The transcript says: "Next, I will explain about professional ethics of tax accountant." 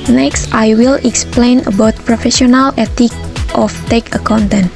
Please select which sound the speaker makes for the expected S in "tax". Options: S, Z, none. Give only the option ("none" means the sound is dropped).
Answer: none